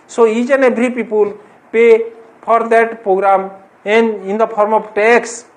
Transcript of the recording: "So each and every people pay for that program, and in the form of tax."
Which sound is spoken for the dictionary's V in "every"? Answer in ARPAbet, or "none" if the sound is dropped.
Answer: B